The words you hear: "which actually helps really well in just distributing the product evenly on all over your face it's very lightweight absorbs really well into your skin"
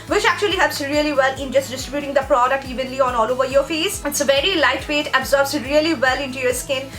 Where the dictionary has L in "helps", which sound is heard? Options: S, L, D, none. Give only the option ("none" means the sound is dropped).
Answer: none